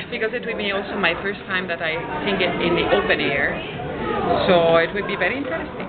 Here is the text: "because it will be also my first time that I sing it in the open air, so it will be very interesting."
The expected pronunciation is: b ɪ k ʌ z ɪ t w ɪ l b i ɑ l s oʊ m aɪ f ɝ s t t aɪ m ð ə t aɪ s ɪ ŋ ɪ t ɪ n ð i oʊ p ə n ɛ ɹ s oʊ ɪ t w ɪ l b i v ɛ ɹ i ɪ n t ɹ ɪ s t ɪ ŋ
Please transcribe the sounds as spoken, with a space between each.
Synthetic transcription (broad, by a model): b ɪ k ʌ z ɪ t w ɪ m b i ɑ l s oʊ m aɪ f ɝ s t t aɪ m ð ə t aɪ θ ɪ ŋ ɪ t ɪ n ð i oʊ p ə n ɛ ɹ s oʊ ɪ t w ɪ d b i v ɛ ɹ i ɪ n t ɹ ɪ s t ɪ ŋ